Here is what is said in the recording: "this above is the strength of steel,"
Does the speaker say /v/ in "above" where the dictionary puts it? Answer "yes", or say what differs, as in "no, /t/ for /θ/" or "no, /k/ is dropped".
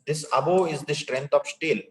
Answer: no, /v/ is dropped